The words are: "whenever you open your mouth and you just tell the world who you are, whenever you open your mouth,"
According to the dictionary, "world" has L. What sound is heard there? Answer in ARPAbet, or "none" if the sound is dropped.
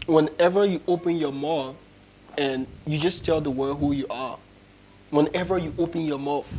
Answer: none